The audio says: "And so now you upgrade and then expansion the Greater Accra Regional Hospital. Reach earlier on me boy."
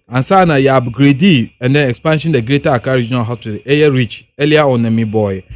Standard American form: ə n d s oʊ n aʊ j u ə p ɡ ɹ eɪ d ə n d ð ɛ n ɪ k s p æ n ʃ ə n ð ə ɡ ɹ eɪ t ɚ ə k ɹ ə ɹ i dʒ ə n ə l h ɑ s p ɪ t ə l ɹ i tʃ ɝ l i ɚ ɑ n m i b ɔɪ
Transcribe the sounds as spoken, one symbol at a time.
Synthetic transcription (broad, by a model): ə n s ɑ n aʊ j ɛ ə b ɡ ɹ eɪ d ə n d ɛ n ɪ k s p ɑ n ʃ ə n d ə ɡ ɹ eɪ t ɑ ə k ə ɹ i dʒ ə n ə l h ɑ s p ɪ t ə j ɹ i tʃ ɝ l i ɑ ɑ n m i b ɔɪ